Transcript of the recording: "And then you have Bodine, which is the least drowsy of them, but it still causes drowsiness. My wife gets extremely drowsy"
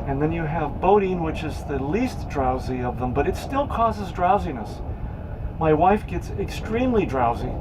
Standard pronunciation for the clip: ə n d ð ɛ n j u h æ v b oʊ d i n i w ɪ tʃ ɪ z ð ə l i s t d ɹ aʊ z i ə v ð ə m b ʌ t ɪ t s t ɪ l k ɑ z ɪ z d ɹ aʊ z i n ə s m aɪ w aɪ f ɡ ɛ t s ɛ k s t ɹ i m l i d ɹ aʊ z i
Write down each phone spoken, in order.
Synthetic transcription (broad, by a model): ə n ð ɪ n j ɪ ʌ v b oʊ d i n w ɪ tʃ ɪ z ð ə l i s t d ɹ aʊ z i ə v ð ə m b ʌ t ɪ t s t ɪ l k ɑ z ɪ z d ɹ aʊ z i n ə s m aɪ w aɪ f ɡ ɛ t s ɛ k s t ɹ i m l i d ɹ aʊ z i